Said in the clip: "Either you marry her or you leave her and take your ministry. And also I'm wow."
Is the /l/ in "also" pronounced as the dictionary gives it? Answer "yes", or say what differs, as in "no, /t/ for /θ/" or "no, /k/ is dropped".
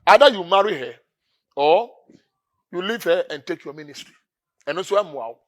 no, /l/ is dropped